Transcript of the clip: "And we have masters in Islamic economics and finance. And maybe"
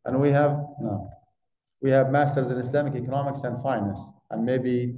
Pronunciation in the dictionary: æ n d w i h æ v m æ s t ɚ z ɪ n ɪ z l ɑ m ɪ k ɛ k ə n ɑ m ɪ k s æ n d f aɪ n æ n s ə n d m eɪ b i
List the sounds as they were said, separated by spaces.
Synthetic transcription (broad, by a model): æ n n w i h æ v m æ s t ɚ z ɪ n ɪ s l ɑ m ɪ k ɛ k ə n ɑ m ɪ k s æ n d f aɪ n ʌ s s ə n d m eɪ b i